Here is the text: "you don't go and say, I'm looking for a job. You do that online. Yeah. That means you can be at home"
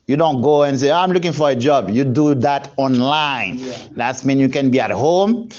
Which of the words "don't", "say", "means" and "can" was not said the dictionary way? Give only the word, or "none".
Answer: means